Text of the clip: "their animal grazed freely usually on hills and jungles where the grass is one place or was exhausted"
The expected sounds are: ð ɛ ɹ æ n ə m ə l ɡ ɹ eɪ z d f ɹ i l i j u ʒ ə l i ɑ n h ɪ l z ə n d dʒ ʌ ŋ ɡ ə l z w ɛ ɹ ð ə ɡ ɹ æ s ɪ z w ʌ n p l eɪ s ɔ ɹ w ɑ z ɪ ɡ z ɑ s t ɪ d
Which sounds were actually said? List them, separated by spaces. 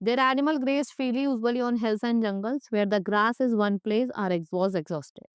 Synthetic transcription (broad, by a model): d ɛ ɹ æ n ə m ə l ɡ ɹ eɪ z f i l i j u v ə l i ɑ n h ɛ l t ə n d dʒ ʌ ŋ ɡ ə l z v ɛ ɹ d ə ɡ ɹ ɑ s ɪ z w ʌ n p l eɪ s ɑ ɹ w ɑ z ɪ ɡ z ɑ s t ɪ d